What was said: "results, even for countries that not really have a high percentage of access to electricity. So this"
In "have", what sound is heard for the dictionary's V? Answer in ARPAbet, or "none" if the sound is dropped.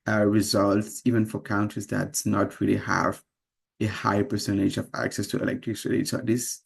V